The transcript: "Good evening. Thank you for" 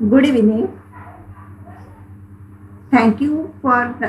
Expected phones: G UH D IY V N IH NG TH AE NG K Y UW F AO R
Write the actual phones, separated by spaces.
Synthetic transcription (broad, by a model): G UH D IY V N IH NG T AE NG K Y UW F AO R